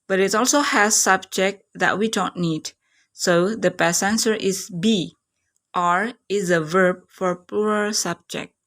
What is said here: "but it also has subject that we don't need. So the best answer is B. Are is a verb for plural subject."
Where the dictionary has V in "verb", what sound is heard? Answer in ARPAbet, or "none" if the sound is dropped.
V